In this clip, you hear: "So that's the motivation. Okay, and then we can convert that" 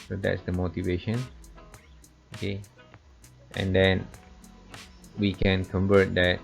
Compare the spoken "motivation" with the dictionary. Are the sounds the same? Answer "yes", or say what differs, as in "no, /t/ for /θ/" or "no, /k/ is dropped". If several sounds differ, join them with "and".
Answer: yes